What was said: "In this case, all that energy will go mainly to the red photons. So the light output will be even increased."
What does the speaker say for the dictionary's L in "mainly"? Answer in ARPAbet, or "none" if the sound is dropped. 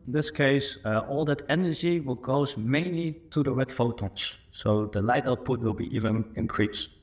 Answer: L